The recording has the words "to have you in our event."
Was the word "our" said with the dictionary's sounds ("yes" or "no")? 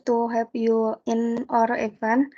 yes